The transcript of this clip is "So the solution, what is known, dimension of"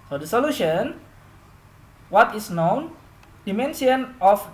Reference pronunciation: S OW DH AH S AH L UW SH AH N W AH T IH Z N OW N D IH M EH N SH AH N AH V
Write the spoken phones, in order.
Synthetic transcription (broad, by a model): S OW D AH S AH L UW SH AH N W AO T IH S N OW N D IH M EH N S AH N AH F